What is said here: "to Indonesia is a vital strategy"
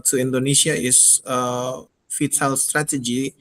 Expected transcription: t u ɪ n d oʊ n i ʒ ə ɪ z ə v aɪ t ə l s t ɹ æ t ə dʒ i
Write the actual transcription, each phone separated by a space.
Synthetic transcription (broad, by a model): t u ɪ n d oʊ n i s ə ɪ s ə f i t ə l s t ɹ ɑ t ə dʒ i